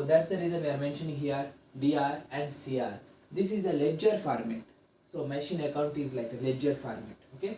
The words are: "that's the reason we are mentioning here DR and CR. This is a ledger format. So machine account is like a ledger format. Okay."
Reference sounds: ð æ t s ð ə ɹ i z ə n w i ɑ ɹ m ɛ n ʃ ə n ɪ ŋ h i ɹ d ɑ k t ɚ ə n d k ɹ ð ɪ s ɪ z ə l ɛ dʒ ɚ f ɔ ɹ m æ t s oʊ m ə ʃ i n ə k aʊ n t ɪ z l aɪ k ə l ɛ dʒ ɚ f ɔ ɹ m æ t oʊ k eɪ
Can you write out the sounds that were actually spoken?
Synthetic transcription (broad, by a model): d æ t s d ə ɹ i z ə n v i ɑ ɹ m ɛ n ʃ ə n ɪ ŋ h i ɹ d ɑ t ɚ ə n d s ɹ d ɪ s ɪ z ə l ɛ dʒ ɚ f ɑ ɹ m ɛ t s oʊ m ə ʃ i n ə k aʊ n t ɪ z l aɪ k ə l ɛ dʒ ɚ f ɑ ɹ m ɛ t oʊ k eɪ